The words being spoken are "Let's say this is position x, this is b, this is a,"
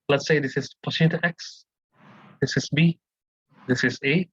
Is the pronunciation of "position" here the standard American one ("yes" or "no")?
no